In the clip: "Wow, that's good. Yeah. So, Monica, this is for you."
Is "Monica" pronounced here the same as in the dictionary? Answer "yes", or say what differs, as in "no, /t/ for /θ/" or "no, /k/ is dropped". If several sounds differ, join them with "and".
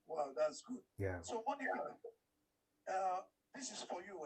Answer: no, /k/ is dropped